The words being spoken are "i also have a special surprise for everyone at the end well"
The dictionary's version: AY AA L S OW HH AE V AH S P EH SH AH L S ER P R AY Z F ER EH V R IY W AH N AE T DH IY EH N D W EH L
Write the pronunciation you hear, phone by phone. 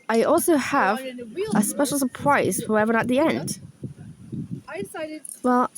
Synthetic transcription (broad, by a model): AY AA L S OW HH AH V AH S P EH SH L S ER P R AY Z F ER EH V IY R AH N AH T DH IY EH N D W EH L